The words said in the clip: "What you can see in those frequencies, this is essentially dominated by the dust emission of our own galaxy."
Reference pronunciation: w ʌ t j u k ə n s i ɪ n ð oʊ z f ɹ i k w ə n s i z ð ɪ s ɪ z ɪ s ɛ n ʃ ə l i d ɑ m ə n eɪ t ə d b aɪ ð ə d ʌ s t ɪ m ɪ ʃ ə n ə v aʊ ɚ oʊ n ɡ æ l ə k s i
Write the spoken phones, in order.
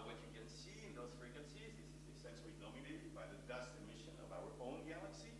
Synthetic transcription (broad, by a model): w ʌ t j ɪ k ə n s i ɪ n ð oʊ z f ɹ i k w ə n s i z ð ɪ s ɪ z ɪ s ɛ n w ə n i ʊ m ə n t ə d b aɪ ð ə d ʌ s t ɪ m ɪ ʃ ə n ə v aʊ ɚ oʊ n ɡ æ l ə k s i